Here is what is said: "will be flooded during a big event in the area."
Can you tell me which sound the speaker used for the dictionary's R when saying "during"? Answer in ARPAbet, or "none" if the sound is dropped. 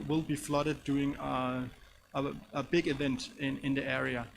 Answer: none